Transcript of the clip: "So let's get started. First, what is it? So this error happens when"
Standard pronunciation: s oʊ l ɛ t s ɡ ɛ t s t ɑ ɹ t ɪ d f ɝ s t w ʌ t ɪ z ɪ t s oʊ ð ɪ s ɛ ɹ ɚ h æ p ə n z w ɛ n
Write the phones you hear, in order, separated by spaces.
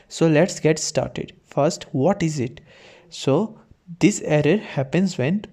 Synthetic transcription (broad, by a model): s oʊ l ɛ t s ɡ ɛ t s t ɑ ɹ t ɪ d f ɝ s t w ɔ t ɪ z ɪ t s oʊ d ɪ s ɛ ɹ ɚ h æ p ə n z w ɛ n